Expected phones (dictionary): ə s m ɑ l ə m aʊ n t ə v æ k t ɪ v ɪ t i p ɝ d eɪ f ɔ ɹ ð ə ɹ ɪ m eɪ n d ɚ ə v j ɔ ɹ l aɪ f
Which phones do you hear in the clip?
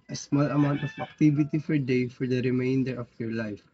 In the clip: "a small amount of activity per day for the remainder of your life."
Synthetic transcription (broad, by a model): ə s m ɑ l ə m aʊ n t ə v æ k t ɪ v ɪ t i f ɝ d eɪ f ɔ ɹ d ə ɹ ɪ m eɪ n d ɚ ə f j ɔ ɹ l aɪ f